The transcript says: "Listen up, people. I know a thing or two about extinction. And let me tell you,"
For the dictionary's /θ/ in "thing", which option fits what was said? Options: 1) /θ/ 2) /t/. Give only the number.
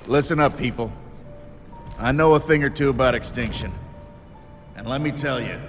1